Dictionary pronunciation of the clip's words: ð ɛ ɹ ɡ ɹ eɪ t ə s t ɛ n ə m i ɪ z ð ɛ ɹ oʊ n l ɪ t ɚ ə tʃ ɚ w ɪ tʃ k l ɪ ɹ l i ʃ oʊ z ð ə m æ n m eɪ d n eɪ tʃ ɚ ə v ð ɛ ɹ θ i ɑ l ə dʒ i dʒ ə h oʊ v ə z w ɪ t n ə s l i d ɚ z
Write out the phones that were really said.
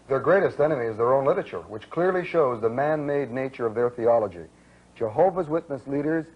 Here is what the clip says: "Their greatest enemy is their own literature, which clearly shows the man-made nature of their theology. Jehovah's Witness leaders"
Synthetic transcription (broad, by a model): ð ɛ ɹ ɡ ɹ eɪ t ə s t ɛ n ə m i ɪ z ð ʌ ɹ oʊ n l ɪ t ɚ ə tʃ ɚ w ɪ tʃ k l ɪ ɹ l i ʃ oʊ z ð ə m æ n m eɪ d n eɪ tʃ ɚ ə v ð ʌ ɹ θ i ɑ l ə dʒ i dʒ ə h oʊ v ə z w ɪ t n ə s l i d ɚ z